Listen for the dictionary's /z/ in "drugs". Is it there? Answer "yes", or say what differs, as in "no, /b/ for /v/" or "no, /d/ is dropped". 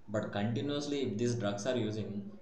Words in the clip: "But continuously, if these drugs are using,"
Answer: no, /s/ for /z/